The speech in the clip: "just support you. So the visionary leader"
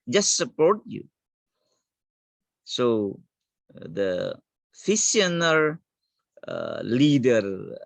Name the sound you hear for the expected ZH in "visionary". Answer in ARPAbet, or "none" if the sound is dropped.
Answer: S